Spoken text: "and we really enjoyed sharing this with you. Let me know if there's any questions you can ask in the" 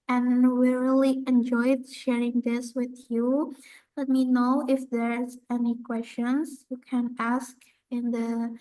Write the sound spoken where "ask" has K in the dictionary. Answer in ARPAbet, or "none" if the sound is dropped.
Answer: K